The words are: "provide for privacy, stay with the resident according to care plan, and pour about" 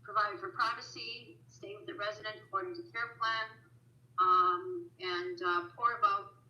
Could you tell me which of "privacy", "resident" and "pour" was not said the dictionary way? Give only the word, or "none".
none